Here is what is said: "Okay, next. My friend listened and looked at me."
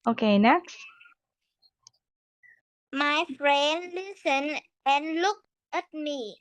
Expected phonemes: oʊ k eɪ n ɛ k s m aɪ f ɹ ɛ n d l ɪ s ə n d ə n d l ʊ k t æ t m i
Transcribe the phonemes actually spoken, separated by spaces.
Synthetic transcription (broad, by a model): oʊ k eɪ n ɛ k s m aɪ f ɹ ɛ n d l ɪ s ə n ə n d l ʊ k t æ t m i